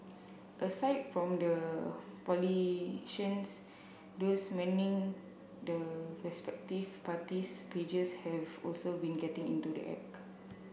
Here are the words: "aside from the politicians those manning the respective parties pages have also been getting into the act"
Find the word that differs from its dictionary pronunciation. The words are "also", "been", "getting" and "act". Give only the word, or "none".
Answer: act